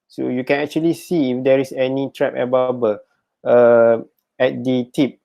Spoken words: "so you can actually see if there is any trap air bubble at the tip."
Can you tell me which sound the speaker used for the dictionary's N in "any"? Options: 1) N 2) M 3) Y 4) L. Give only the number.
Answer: 1